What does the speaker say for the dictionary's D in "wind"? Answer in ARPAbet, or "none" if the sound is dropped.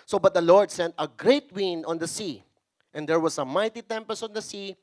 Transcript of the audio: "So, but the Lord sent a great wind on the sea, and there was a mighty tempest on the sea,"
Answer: none